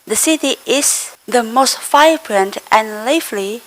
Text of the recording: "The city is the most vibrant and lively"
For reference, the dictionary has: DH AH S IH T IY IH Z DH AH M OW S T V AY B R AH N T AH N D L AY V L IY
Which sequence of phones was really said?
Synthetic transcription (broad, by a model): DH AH S IH T IY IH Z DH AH M OW S T F AY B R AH N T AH N L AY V L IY